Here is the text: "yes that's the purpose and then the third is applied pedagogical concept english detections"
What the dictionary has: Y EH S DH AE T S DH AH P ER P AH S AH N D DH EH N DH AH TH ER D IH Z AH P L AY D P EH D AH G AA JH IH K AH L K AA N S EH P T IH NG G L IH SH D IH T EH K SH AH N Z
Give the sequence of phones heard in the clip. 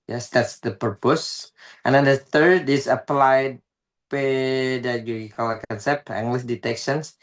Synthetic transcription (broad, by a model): Y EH S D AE T S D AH P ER P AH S AH N D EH N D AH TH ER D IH S AH P L AY D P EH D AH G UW IH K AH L K AA N S EH P T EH NG G L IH S D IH T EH K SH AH N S